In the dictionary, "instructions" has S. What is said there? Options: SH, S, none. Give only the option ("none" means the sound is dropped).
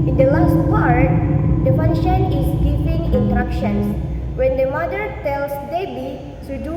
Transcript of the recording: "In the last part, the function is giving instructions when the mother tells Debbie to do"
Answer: none